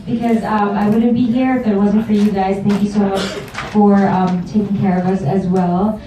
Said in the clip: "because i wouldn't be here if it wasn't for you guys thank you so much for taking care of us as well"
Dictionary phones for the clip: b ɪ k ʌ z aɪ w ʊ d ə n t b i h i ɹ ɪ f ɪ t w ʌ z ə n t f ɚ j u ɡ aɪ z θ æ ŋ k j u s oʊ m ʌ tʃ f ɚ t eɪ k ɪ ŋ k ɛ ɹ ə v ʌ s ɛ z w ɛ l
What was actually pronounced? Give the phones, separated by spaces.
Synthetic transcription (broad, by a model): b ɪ k ʌ z aɪ w ʊ d n b i h i ɹ ɪ f ɪ t w ʌ z ə n t f ɚ j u ɡ aɪ z θ æ ŋ k j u s oʊ m ʌ tʃ f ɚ t eɪ k ɪ ŋ k ɛ ɹ ə v ʌ s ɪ z w ɛ l